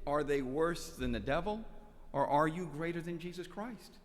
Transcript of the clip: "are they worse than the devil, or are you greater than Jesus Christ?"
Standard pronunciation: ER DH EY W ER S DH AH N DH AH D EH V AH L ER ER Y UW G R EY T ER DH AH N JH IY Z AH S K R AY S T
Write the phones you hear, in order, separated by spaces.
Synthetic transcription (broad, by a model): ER DH EY W ER S DH AH N DH AH D EH V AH L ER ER Y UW G R EY T ER DH AH N JH IY Z AH S K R AY S T